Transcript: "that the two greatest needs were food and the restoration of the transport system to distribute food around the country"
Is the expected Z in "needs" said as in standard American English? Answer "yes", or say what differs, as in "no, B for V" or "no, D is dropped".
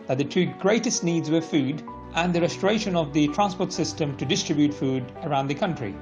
yes